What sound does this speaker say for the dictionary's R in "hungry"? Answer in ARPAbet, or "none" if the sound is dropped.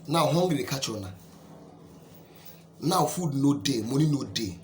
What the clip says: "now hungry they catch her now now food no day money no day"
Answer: none